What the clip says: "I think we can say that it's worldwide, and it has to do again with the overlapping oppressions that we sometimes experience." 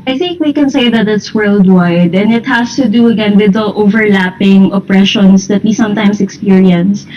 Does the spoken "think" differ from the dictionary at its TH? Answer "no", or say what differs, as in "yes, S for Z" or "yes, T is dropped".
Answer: no